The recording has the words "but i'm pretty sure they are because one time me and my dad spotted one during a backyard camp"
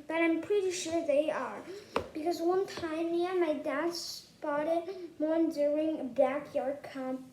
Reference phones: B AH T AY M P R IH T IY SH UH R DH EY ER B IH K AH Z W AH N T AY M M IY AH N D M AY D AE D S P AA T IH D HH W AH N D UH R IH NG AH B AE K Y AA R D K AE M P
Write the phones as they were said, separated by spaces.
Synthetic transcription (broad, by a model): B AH T AY M P R IH T IY SH UH R DH EY ER B IH K AH Z W AH N T AY M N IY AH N M AY D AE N S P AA T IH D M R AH N D UH R IH NG AH B AE K Y AA R D K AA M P